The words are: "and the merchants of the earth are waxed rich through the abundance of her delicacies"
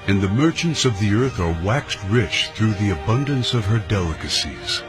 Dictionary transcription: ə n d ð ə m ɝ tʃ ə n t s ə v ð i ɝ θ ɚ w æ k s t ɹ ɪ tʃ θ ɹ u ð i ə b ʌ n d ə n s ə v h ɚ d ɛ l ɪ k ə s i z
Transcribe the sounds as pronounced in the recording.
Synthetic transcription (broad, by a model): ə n ð ə m ɝ tʃ ə n t s ə v ð i ɝ θ ɚ w æ k s t ɹ ɪ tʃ θ ɹ u ð i ə b ʌ n d ə n s ə v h ɚ d ɛ l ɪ k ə s i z